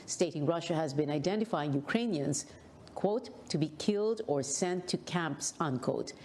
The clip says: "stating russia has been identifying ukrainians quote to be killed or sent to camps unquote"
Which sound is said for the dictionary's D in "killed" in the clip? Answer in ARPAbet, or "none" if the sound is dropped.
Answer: D